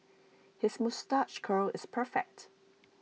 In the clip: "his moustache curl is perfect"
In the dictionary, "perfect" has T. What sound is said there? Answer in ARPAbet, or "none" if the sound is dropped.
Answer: T